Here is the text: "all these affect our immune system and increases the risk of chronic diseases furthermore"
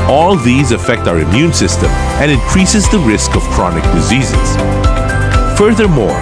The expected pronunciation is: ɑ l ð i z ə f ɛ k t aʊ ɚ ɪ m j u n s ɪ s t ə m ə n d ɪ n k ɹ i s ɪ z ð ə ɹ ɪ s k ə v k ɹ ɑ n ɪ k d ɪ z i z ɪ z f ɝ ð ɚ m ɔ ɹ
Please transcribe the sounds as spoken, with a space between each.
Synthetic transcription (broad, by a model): ɑ l ð i z ə f ɛ k t aʊ ɚ ɪ m j u n s ɪ s t ə m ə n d ɪ n k ɹ i s ɪ z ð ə ɹ ɪ s k ə v k ɹ ɑ n ɪ k d ɪ z i z ɪ z f ɝ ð ɚ m ɔ ɹ